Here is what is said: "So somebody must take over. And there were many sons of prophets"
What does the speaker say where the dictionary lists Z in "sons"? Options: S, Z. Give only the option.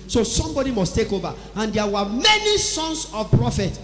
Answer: S